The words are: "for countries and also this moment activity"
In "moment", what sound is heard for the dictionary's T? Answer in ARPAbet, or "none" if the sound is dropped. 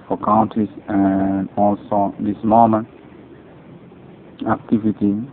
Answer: none